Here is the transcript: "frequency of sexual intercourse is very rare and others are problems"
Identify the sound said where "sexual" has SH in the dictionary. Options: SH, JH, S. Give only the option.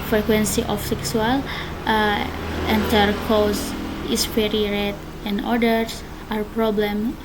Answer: S